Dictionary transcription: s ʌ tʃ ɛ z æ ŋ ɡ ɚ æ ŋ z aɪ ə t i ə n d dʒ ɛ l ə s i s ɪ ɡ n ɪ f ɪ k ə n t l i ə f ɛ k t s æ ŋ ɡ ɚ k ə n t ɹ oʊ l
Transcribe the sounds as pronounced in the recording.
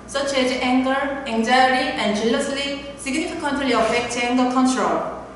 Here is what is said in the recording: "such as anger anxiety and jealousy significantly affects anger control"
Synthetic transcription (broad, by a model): s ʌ tʃ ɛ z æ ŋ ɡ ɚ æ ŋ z aɪ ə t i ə n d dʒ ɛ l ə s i s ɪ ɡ n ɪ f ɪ k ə n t l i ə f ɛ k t ɛ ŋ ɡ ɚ k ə n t ɹ oʊ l